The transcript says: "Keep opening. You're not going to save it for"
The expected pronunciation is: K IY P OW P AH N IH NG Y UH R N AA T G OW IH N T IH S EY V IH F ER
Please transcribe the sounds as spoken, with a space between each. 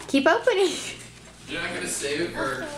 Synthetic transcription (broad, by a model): K IY P OW P AH N IH NG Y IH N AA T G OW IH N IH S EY IH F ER